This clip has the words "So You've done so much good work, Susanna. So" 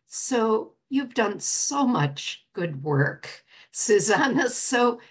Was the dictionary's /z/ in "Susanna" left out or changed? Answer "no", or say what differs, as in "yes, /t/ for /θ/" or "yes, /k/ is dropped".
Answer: no